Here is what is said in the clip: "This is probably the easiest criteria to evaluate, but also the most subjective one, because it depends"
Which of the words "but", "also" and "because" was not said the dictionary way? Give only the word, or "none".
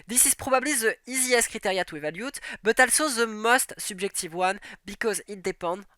none